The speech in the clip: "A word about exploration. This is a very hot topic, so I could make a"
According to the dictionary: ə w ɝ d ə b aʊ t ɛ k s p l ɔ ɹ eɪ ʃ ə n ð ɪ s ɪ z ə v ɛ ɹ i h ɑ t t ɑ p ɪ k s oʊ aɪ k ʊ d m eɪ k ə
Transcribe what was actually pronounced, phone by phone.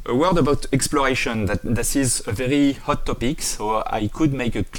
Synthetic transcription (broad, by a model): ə w ɝ d ə b aʊ t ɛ k s p l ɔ ɹ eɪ ʃ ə n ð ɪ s ɪ z ə v ɛ ɹ i h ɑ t t ɑ p ɪ k s oʊ aɪ k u d m eɪ k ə